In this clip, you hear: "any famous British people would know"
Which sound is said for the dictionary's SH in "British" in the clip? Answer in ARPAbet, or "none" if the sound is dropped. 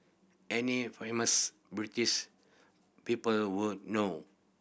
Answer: S